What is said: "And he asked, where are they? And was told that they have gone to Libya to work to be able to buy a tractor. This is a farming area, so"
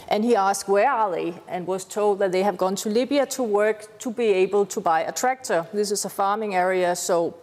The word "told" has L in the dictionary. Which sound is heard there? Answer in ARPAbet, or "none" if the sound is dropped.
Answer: L